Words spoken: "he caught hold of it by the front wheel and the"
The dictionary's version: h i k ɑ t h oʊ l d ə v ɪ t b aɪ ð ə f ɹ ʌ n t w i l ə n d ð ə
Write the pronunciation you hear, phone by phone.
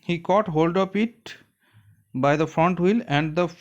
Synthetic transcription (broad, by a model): h i k ɑ t h oʊ l d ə p ɪ t b aɪ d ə f ɹ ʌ n t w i l ə n d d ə